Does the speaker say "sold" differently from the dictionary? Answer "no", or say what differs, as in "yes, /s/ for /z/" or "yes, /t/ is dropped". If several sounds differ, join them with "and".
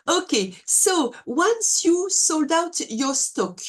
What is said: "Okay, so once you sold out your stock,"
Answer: no